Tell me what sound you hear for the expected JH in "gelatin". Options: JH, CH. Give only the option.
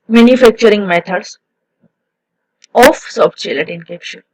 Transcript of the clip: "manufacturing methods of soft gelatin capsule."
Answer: CH